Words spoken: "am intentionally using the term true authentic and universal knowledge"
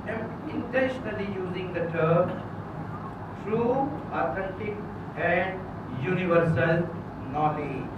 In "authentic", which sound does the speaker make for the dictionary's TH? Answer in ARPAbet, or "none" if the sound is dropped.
T